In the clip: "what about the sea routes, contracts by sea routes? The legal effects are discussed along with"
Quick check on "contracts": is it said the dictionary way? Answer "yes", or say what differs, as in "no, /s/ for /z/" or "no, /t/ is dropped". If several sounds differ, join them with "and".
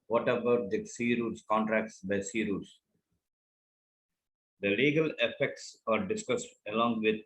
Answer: yes